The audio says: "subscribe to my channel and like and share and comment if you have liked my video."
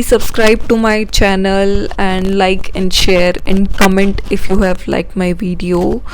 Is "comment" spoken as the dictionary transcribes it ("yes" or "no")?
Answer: yes